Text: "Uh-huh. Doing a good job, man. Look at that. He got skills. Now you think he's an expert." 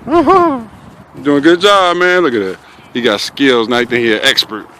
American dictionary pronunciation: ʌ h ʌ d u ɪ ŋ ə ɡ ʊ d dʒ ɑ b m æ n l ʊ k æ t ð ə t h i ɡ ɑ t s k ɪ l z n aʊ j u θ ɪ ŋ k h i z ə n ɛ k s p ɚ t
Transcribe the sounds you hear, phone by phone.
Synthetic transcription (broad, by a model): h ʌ d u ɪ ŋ ə ɡ ʊ d dʒ ɑ b m æ n l ʊ k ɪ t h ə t h i ɡ ɑ t s k ɪ l z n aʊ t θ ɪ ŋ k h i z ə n ɛ k s p ɚ t